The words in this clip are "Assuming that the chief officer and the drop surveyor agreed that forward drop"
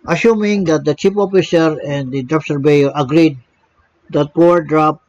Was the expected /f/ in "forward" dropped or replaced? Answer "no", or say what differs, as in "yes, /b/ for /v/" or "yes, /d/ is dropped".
yes, /p/ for /f/